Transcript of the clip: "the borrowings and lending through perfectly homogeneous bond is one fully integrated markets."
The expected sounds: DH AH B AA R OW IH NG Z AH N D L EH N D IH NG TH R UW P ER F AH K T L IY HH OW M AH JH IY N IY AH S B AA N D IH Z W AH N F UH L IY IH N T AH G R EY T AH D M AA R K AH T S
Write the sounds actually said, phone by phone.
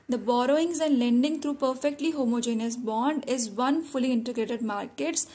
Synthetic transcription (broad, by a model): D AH B AA R OW IH NG Z AH N D L EH N D IH NG T R UW P ER F AH K T L IY HH OW M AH JH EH N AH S B AA N D IH Z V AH N F UH L IY IH N T AH G R EY T AH D M AA R K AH T S